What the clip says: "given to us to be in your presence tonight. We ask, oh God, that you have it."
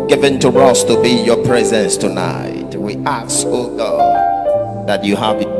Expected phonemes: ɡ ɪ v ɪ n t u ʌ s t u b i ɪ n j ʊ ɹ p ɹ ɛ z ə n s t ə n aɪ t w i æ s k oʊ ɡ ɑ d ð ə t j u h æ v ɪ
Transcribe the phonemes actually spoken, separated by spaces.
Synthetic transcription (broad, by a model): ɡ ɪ v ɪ n t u ʌ s t u b i j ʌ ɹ p ɹ ɛ z ə n s t ə n aɪ t w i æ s oʊ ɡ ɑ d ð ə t j u h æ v